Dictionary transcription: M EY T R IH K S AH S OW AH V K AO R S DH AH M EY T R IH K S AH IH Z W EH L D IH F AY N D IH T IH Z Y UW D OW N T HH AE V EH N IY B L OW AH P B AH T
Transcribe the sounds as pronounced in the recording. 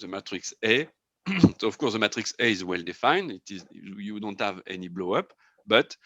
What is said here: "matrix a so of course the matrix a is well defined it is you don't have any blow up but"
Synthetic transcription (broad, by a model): M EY T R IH K S AH S OW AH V K AO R S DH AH M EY T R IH K S AH IH Z W EH L D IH F AY N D IH T IH Z Y UW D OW N T HH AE V EH N IY B L OW AH P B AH T